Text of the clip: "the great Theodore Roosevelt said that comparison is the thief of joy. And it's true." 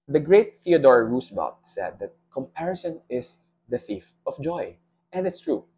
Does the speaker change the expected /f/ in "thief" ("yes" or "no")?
no